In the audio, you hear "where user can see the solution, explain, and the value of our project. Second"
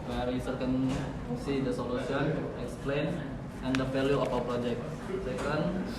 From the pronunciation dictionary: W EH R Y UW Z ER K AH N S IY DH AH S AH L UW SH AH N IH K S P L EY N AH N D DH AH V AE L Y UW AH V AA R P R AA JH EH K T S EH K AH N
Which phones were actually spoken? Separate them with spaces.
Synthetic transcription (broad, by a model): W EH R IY S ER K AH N S IY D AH S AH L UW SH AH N IH K S P L EY N AH N D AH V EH L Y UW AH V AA W P R AA JH EH K T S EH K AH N